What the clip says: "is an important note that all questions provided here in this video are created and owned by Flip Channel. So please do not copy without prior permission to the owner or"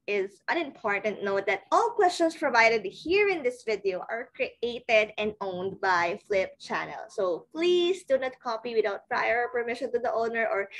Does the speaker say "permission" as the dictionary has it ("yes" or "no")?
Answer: yes